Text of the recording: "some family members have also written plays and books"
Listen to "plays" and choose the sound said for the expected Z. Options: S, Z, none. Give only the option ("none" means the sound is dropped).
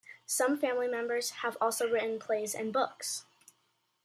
Z